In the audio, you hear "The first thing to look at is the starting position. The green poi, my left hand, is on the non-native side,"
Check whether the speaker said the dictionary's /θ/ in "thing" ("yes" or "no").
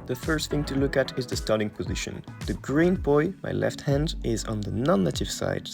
yes